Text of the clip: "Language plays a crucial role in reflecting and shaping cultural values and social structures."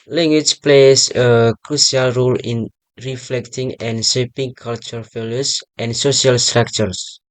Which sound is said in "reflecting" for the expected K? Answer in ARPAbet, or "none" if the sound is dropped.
K